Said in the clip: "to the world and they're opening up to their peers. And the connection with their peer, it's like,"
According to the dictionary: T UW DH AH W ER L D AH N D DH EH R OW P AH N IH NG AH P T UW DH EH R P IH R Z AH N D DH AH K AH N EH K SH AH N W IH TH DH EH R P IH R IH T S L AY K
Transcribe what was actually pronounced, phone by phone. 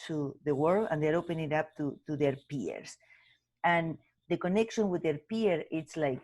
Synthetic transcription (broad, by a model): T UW DH AH W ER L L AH N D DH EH R OW P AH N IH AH P T UW DH EH R P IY R S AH N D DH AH K AH N EH K SH AH N W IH DH EH R P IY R IH T S L AY K